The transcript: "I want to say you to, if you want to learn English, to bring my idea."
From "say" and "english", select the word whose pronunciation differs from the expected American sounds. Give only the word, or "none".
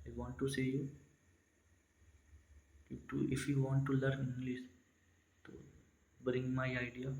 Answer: english